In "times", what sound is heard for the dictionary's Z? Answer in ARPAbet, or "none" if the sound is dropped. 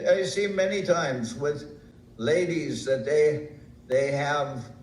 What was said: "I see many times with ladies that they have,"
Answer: Z